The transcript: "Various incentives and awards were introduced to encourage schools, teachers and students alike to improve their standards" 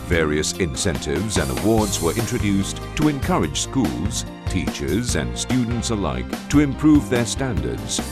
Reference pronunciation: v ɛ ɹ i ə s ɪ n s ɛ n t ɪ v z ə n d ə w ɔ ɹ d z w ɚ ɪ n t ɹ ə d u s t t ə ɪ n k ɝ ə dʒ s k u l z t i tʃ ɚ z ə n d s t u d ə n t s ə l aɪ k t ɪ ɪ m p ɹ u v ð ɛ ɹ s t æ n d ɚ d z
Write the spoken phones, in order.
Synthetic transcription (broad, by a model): v ɛ ɹ i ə s ɪ n s ɛ n t ɪ v z ə n d ə w ɔ ɹ d z w ɚ ɪ n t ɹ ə d u s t t ə ɪ n k ɝ ə dʒ s k u l z t i tʃ ɚ z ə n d s t u d n t s ə l aɪ k t ɪ ɪ m p ɹ u v ð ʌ ɹ s t æ n d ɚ d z